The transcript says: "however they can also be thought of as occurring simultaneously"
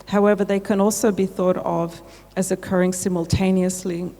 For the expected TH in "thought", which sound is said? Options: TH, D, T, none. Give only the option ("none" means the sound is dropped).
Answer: TH